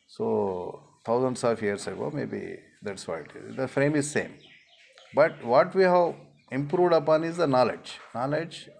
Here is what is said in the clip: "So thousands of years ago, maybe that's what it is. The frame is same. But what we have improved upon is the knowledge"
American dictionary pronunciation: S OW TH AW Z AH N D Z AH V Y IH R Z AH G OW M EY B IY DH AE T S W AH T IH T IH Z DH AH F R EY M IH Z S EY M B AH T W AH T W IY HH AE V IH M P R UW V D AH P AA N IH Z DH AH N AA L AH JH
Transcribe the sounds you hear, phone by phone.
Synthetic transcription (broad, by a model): S OW T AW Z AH N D S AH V Y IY R S AH G OW M EY B IY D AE T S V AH IH T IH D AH F R EY M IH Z S EY M B AH T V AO T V IY HH AE V IH M P R UW V D AH P AA N IH Z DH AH N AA L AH JH